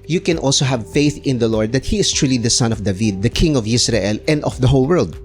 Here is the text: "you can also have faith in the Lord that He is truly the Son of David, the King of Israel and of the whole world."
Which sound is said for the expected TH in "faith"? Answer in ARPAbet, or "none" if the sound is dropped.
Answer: TH